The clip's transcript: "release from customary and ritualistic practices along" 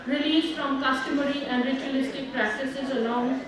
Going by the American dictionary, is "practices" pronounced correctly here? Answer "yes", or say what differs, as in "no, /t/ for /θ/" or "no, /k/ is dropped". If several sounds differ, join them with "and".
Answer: yes